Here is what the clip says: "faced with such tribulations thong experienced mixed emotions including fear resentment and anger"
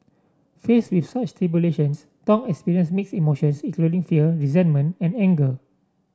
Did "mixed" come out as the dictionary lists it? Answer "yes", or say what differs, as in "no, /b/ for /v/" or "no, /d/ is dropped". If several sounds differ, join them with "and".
no, /t/ is dropped